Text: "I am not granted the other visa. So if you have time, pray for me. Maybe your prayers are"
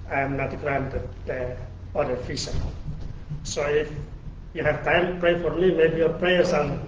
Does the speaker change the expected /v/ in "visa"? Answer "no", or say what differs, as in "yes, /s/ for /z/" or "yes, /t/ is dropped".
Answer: yes, /f/ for /v/